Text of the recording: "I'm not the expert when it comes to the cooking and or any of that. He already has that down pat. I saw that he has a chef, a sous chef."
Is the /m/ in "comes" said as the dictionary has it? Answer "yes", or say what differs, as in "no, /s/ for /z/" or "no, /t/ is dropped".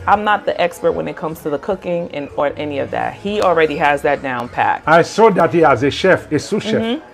yes